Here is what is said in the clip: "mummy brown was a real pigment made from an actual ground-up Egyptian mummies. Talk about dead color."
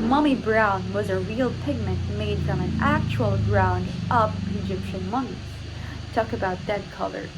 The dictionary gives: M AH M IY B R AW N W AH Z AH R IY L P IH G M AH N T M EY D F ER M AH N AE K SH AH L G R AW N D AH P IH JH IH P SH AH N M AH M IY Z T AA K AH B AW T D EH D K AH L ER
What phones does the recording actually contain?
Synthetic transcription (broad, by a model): M AH M IY B R AW N W AH Z AH R IY L P IH G M AH N T M EY D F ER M AH N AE K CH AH L G R AW N D AH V IH JH IH P SH AH N M AH M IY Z T AA K AH B AW T D EH D K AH L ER